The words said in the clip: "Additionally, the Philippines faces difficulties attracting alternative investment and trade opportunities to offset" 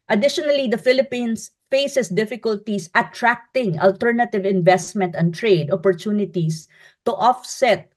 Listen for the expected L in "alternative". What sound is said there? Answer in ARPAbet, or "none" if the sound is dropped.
L